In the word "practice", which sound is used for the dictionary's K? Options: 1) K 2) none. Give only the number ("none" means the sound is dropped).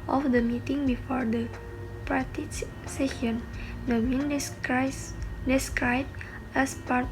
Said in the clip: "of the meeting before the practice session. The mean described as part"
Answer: 2